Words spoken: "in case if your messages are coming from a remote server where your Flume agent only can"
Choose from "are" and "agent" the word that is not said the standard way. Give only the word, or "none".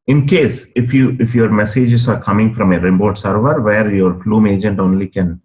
none